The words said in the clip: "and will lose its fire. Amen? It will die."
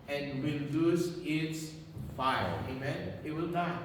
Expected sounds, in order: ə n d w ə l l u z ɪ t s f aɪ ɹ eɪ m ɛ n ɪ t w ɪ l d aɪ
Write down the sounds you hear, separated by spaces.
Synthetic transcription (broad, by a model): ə n w ə l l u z ɪ t s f aɪ l eɪ m ɛ n ɪ t w ɪ l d aɪ